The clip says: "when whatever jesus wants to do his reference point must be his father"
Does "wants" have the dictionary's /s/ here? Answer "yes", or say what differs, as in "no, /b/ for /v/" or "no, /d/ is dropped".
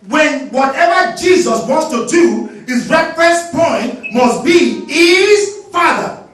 yes